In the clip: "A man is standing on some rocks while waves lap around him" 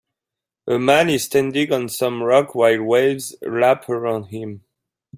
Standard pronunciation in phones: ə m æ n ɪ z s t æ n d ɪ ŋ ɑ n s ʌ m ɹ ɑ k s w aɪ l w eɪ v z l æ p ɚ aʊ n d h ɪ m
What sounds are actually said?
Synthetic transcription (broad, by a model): ə m æ n ɪ z s t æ n d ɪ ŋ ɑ n s ʌ m ɹ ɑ k w aɪ l w eɪ v z l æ p ɚ aʊ n d h ɪ m